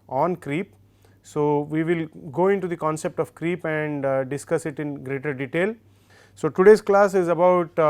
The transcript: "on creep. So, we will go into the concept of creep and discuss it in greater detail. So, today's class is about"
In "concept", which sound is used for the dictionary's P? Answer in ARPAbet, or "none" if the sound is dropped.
P